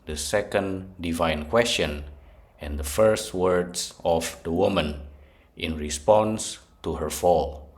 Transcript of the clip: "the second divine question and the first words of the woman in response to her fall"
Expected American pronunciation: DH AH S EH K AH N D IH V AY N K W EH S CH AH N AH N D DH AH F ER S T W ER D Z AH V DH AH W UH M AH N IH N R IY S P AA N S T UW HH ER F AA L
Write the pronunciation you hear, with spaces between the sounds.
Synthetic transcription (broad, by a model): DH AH S EH K AH N D IH V AY N K W EH S CH AH N AH N D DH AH F ER S T W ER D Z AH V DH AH W UH M AH N IH N R IY S P AA N S T UW HH ER F AA L